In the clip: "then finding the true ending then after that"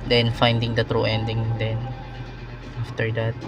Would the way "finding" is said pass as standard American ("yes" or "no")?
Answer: yes